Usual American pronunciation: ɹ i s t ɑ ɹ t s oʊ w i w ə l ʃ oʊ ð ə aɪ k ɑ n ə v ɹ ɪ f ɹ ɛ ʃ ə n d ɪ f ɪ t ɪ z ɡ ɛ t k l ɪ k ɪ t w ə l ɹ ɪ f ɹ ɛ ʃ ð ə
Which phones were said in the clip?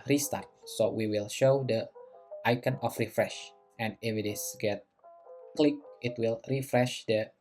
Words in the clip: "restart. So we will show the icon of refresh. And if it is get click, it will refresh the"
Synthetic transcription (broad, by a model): ɹ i s t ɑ ɹ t s oʊ w i w ə l ʃ oʊ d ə aɪ k ɑ n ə f ɹ ɪ f ɹ ɛ ʃ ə n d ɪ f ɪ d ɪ s ɡ ɛ t k l ɪ k ɪ t w ə l ɹ ɪ f ɹ ɛ ʃ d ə